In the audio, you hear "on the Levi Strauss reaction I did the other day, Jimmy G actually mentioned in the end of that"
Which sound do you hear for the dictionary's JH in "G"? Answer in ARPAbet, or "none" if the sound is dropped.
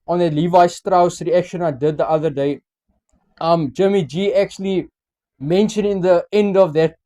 JH